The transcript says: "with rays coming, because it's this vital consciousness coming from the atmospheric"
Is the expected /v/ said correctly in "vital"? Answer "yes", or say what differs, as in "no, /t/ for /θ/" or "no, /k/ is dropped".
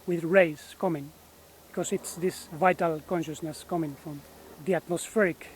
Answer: yes